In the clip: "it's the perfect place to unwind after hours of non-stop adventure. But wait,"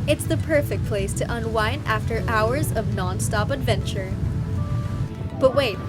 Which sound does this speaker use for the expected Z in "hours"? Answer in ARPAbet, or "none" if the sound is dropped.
Z